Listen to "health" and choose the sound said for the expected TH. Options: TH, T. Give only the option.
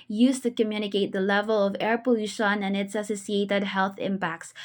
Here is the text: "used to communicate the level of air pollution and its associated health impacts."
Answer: TH